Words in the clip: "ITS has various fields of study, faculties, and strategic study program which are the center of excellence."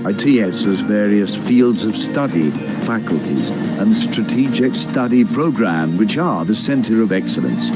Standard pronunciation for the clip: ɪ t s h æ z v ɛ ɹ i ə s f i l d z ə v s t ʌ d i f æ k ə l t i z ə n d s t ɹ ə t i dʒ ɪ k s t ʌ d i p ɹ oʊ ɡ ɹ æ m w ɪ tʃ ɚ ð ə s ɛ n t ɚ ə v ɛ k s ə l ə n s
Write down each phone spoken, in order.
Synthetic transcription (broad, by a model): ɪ t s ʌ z v ɛ ɹ i ə s f i l d z ə v s t ʌ d i f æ k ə l t i z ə n s t ɹ ə t i dʒ ɪ k s t ʌ d i p ɹ oʊ ɡ ɹ æ m w ɪ tʃ ɚ ð ə s ɛ n t ɚ ə v ɛ k s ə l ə n s